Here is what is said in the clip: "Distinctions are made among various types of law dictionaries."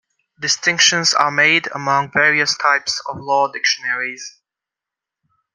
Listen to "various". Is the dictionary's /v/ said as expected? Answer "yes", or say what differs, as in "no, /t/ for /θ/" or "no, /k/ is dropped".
yes